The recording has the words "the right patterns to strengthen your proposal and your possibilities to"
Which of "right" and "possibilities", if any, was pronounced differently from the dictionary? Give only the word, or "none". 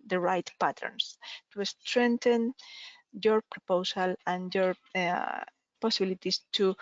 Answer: possibilities